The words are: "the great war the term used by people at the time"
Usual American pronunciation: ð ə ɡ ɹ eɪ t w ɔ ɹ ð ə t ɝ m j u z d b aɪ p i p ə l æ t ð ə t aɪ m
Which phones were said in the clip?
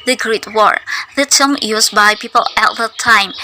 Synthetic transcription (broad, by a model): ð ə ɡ ɹ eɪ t w ɔ ɹ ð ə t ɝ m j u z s b aɪ p i p ə l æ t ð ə t aɪ m